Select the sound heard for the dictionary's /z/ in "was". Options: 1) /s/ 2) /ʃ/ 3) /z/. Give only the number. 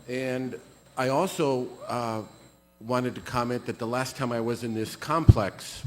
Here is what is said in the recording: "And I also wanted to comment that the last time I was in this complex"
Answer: 3